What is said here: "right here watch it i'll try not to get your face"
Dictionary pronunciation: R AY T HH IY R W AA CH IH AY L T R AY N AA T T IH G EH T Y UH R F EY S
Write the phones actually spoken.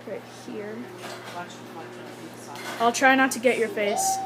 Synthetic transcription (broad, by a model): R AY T HH IY R AA IH L T R AY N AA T T IH G EH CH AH R F EY S